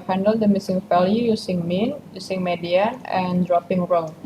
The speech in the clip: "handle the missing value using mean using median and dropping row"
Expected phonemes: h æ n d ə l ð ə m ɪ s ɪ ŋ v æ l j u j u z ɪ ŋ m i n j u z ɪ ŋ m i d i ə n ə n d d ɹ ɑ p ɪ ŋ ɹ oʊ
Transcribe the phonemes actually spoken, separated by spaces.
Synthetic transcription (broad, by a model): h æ n d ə l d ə m ɪ s ɪ ŋ f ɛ l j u j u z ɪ ŋ m i n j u s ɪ ŋ m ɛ d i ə ə n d d ɹ ɑ p ɪ ŋ ɹ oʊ